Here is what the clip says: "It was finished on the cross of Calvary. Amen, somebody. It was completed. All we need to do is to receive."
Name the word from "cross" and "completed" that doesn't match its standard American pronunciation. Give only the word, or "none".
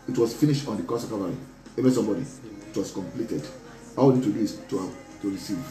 cross